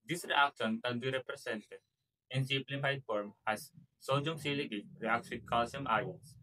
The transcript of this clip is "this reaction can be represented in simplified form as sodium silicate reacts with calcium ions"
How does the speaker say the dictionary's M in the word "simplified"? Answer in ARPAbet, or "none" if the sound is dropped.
none